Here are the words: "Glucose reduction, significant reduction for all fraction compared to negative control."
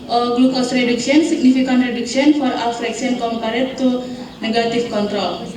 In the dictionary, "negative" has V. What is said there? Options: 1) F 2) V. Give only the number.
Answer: 1